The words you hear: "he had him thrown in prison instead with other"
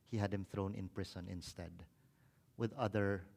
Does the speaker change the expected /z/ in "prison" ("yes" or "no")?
yes